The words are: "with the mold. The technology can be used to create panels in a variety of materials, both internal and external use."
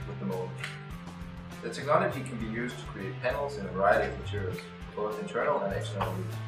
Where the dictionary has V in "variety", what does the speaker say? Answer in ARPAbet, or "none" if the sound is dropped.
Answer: V